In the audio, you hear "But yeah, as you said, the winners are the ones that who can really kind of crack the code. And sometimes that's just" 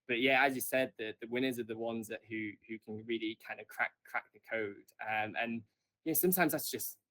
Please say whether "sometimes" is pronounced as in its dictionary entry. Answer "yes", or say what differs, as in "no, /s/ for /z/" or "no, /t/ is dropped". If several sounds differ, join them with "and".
yes